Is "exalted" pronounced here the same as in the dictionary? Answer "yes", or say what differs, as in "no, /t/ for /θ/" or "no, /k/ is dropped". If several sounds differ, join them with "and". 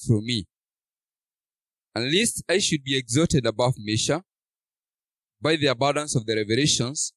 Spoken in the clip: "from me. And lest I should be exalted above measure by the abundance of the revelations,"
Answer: no, /l/ is dropped